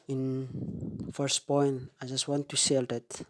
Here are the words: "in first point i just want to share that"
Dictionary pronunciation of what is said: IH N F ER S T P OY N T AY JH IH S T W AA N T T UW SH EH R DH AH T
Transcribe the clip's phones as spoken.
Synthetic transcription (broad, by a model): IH N F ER S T P OY N T AY JH IH S T W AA N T T UW S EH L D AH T